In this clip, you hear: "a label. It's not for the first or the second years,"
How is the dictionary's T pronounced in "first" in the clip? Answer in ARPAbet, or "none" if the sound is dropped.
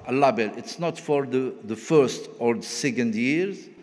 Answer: T